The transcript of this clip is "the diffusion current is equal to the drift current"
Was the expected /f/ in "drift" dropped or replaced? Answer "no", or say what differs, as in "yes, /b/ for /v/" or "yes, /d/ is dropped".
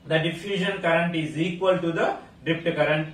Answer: yes, /p/ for /f/